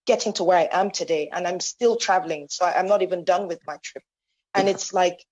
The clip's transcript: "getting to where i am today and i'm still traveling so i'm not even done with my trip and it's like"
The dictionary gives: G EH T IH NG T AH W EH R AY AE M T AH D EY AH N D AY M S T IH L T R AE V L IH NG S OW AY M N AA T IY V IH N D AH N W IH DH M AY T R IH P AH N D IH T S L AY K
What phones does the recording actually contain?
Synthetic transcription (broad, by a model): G EH T IH NG T AH W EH R AY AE M T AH D EY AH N AY M S T IH L T R AE V L IH NG S OW AY M N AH T IY V IH N D AH N W IH DH M AY T R IH P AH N IH T S L AY K